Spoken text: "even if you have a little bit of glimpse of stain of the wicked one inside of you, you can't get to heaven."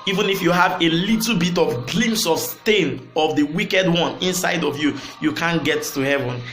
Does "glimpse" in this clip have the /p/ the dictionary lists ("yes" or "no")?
no